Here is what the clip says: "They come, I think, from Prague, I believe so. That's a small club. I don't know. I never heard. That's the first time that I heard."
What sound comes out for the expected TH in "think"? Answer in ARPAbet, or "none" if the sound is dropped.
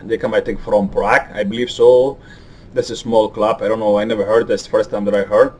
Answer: T